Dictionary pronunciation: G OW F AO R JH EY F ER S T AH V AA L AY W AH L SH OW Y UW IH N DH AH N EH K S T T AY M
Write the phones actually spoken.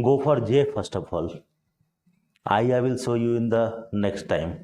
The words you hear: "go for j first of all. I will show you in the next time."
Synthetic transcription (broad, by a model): G OW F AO R JH EY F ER S T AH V AA L AY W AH L S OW Y UW IH N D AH N EH K S T T AY M